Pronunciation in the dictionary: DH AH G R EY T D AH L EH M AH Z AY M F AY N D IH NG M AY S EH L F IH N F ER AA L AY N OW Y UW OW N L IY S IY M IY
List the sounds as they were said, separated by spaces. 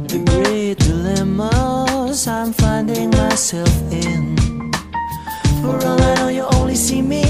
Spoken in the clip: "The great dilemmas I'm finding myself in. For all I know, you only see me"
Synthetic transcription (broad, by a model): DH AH G R EY T D AH L EH M AH Z AY M F AY N D IH NG M AY S EH L F IH N F ER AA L AY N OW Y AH OW N L IY S IY M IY